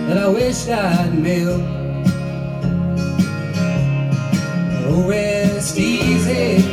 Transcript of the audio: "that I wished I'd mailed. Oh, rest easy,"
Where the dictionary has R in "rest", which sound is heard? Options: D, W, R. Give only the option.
W